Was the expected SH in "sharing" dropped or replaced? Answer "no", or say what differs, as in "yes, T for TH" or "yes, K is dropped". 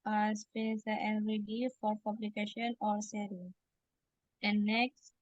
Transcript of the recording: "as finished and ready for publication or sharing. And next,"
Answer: yes, S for SH